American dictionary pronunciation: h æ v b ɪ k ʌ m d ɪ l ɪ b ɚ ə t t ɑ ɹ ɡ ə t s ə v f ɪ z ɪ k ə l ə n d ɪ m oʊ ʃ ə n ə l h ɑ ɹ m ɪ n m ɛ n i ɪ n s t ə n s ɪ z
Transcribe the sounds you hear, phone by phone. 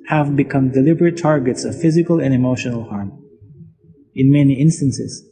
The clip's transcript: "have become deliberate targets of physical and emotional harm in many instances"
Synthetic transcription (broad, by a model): h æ v b ɪ k ʌ m d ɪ l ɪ b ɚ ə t t ɑ ɹ ɡ ə t s ə v f ɪ z ɪ k ə l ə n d ɪ m oʊ ʃ ə n ə l h ɑ ɹ m ɪ n m ɛ n i ɪ n s t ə n s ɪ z